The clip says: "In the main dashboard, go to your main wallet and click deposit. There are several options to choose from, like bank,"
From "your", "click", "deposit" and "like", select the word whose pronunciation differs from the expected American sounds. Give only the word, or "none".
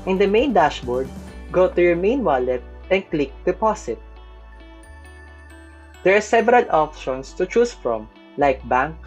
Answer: deposit